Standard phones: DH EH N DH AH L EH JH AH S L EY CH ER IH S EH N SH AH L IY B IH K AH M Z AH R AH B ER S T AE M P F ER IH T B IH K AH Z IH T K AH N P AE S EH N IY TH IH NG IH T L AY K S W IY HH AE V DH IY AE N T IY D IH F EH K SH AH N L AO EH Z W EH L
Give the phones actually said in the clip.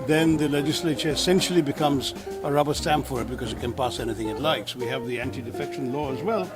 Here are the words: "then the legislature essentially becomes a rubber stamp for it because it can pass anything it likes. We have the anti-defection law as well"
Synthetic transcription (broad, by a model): DH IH N DH AH L EH JH AH S L EY CH ER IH S EH N SH L IY B IH K AH M Z AH R AH B ER S T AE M F ER IH T B IH K AH Z IH T K AH N P AE S EH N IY TH IH NG IH T L AY K S W IY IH V DH IY AE N T IY D IH F EH K SH AH N L AO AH Z W EH L